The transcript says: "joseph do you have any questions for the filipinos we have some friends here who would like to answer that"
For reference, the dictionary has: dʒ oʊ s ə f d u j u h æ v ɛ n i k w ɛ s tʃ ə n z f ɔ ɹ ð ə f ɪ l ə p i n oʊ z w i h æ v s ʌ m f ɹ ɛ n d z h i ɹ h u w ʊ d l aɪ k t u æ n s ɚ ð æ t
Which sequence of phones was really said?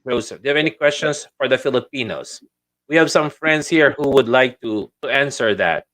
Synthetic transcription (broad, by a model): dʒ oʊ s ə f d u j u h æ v ɛ n i k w ɛ s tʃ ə n s f ɔ ɹ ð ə f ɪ l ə p i n oʊ s w i h æ v s ʌ m f ɹ ɛ n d s h i ɹ h u w ʊ d l aɪ k t u æ n s ɚ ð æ t